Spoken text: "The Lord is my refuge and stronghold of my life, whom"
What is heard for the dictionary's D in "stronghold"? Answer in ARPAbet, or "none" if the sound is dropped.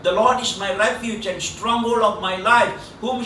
none